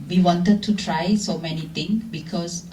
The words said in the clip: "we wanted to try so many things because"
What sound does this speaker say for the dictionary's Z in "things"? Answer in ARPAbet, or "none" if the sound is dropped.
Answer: none